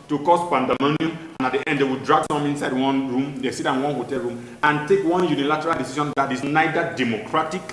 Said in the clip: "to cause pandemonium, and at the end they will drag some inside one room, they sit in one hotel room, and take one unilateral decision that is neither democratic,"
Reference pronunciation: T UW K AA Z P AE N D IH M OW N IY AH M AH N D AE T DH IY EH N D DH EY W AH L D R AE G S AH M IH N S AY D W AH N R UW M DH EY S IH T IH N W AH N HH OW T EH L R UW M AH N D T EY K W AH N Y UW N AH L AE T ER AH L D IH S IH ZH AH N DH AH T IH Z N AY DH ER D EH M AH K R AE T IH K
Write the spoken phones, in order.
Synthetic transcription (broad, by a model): T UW K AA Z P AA N D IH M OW N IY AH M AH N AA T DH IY EH N D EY W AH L D R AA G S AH M IH N S AY D W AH N R UW M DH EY S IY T IH N W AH N HH OW T EH L R UW M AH N T EY K W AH N Y UW N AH L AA T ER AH L D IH S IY SH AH N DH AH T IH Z N AY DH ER D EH M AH K R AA T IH K